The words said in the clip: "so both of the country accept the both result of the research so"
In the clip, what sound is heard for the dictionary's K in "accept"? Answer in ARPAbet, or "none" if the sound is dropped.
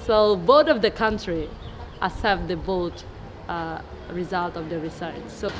none